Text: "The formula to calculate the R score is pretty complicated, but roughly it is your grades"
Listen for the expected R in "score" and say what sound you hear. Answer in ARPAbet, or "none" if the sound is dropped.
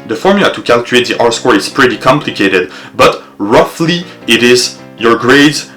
R